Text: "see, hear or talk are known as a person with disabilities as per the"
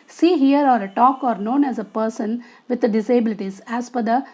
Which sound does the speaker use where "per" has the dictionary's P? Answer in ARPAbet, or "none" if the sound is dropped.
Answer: F